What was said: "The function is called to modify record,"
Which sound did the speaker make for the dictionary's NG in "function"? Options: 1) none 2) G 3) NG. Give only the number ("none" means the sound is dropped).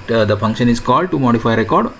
3